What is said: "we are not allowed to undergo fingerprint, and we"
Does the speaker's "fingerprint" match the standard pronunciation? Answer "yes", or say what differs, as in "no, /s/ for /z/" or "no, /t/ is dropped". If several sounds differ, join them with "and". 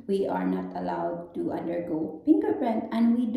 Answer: no, /p/ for /f/